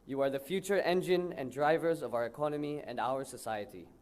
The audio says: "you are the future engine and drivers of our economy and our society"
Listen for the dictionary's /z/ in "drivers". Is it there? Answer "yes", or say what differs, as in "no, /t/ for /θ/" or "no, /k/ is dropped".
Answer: yes